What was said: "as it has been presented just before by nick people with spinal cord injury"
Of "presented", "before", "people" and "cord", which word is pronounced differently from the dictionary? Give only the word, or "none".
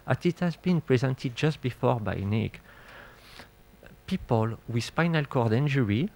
none